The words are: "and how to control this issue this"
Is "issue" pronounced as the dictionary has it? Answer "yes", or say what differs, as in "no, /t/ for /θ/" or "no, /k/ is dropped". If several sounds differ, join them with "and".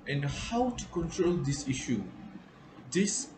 yes